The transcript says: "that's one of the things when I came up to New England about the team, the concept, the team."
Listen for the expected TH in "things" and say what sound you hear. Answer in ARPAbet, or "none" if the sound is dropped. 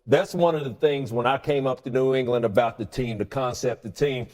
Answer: TH